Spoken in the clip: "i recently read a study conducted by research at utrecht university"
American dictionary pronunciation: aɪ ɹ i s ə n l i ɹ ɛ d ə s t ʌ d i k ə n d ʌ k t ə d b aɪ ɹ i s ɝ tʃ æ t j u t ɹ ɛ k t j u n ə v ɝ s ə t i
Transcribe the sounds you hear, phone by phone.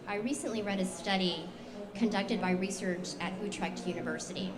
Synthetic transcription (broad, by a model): aɪ ɹ i s ə n l i ɹ ɛ d ə s t ʌ d i k ə n d ʌ k t ə d b aɪ ɹ i s ɝ tʃ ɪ t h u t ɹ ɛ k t j u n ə v ɝ s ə t i